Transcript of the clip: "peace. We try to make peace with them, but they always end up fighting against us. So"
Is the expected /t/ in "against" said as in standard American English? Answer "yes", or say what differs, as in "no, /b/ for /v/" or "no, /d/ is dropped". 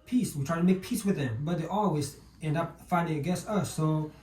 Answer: no, /t/ is dropped